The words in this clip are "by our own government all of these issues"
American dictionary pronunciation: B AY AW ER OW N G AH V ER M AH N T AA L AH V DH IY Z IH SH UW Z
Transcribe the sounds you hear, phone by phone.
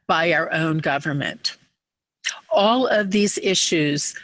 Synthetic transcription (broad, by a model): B AY AW ER OW N G AH V ER M AH N T AA L AH V DH IY Z IH SH UW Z